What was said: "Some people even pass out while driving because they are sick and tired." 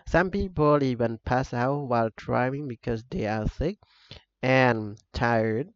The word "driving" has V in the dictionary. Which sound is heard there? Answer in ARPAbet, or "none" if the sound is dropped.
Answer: none